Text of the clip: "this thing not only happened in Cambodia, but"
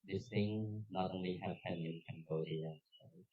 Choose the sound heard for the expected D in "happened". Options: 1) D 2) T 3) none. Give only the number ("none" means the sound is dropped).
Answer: 3